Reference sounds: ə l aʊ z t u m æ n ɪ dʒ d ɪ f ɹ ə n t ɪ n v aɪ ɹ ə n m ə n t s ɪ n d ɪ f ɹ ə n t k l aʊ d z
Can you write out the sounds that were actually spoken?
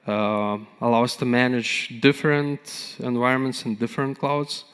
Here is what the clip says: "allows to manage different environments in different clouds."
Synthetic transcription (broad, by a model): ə l aʊ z t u m æ n ɪ dʒ d ɪ f ɹ ə n t ɪ n v aɪ ɹ ə n m ə n t s ɪ n d ɪ f ɹ ə n t k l aʊ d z